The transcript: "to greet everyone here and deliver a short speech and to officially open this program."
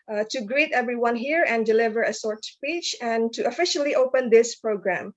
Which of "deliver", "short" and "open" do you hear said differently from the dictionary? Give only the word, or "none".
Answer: short